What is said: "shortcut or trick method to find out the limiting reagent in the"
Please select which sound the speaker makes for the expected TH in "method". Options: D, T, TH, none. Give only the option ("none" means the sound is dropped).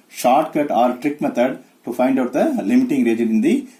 T